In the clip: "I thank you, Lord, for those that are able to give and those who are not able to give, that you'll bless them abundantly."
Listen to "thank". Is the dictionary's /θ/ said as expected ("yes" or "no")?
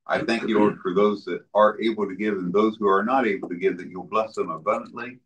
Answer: yes